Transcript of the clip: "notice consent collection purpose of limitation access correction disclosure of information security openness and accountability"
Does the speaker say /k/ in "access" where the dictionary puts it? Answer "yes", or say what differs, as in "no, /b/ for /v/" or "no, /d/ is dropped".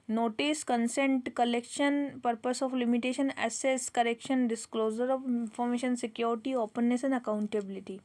no, /k/ is dropped